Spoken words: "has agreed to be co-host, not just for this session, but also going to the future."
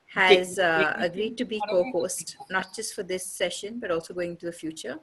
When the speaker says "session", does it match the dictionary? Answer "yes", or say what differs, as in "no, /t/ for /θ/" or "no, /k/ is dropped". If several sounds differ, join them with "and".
yes